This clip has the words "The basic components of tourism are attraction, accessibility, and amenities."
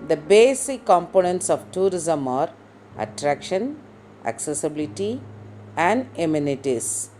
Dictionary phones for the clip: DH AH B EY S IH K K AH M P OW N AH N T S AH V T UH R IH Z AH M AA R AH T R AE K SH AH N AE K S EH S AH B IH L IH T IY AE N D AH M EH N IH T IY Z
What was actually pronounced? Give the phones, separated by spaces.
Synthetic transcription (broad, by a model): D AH B EY S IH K K AH M P OW N AH N T S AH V T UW R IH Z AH M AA R AH T R AE K SH AH N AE K S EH S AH B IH L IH T IY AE N D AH M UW N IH T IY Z